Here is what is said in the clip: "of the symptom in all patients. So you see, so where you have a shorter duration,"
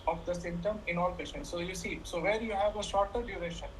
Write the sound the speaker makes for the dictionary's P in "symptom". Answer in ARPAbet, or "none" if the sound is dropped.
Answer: none